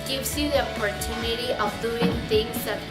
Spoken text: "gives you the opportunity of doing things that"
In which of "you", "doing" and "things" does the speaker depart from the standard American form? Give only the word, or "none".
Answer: things